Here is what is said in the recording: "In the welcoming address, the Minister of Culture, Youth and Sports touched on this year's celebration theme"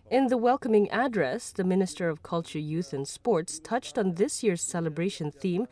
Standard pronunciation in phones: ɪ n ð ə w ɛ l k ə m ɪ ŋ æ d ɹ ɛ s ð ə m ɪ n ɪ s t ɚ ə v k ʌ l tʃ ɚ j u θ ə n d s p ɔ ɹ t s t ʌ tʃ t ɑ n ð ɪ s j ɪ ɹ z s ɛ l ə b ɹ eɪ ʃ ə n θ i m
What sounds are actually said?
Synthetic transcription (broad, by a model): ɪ n ð ə w ɛ l k ə m ɪ ŋ æ d ɹ ɛ s ð ə m ɪ n ɪ s t ɚ ə v k ʌ l tʃ ɚ j u θ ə n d s p ɔ ɹ t s t ʌ tʃ t n ð ɪ s j ɪ ɹ z s ɛ l ə b ɹ eɪ ʃ ə n θ i m